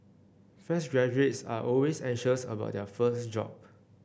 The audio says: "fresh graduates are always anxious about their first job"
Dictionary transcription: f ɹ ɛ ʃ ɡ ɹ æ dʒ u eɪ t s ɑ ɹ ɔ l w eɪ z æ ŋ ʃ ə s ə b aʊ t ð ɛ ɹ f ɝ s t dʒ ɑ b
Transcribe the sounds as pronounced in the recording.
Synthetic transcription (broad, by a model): f ɛ s ɡ ɹ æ dʒ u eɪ t s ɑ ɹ ɔ l w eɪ s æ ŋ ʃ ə s ə b aʊ t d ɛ f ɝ s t dʒ ɑ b